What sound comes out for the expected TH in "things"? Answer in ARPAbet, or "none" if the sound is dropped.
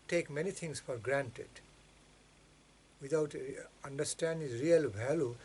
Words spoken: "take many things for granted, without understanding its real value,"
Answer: T